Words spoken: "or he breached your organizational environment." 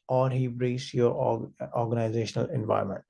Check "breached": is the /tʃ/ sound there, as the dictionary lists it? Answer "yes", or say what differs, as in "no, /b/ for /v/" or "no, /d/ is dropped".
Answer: no, /s/ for /tʃ/